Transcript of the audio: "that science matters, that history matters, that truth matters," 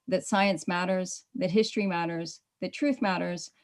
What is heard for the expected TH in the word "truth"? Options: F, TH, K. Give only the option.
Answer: TH